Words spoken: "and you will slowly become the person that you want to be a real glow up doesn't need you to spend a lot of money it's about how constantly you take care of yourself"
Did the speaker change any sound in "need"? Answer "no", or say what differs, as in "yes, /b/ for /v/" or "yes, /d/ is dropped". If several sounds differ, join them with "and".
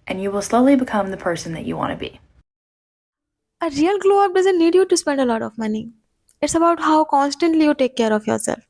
no